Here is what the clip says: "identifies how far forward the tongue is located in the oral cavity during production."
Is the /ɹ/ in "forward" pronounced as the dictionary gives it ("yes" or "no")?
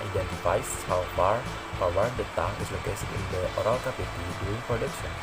no